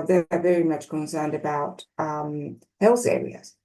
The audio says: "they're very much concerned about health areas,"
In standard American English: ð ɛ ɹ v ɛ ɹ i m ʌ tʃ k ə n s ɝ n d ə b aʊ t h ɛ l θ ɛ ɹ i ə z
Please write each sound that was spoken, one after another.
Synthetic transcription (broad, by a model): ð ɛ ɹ v ɛ ɹ i m ʌ tʃ k ə n s ɝ n d ə b aʊ t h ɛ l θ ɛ ɹ i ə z